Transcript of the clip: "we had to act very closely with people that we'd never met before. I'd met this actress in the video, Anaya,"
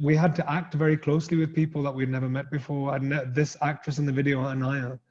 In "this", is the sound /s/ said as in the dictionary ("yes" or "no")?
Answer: yes